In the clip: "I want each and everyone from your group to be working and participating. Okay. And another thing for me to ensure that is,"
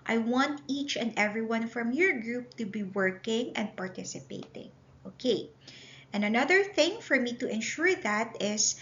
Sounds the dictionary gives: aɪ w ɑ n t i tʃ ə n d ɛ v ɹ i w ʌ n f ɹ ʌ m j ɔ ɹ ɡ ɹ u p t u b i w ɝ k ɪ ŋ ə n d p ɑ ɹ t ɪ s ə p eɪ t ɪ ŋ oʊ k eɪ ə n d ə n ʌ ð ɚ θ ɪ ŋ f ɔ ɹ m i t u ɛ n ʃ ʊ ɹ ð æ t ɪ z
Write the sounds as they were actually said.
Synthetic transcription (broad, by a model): aɪ w ɑ n t i tʃ ə n d ɛ v ɹ i w ʌ n f ɹ ʌ m j ɔ ɹ ɡ ɹ u p t u b i w ɝ k ɪ ŋ ə n d p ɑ ɹ t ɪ s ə p eɪ t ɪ ŋ oʊ k eɪ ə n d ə n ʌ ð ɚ θ ɪ ŋ f ɔ ɹ m i t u ɛ n ʃ ʊ ɹ ð æ t ɪ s